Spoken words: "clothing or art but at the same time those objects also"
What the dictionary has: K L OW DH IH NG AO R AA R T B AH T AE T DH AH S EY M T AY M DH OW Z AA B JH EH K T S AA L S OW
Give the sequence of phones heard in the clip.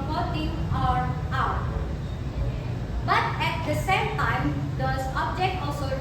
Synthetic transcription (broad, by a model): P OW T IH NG AO R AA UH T B AH T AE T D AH S EY M T AY M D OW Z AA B JH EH K T AA L S OW